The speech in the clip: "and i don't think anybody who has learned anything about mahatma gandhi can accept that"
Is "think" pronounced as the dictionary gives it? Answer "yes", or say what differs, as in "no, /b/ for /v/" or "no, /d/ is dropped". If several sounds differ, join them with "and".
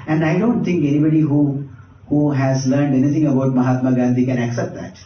no, /t/ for /θ/